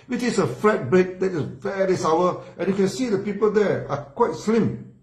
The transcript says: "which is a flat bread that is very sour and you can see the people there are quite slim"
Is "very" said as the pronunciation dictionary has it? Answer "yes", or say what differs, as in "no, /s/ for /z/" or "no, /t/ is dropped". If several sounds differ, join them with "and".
no, /l/ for /ɹ/